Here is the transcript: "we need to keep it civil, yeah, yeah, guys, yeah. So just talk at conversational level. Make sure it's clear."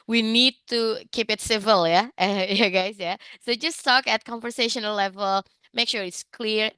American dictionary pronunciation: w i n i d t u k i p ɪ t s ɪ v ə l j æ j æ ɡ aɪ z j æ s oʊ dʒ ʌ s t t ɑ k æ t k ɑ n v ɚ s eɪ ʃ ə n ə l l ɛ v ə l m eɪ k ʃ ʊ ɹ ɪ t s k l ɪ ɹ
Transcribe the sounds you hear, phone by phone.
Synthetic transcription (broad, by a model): w i n i d t u k i p ɪ t s ɪ v ə l j æ j æ ɡ aɪ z j æ s oʊ dʒ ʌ s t t ɑ k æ t k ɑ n v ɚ s eɪ ʃ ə n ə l l ɛ v ə l m eɪ k ʃ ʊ ɹ ɪ t s k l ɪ ɹ